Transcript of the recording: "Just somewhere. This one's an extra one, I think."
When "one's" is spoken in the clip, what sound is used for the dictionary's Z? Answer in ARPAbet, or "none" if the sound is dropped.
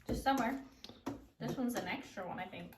Z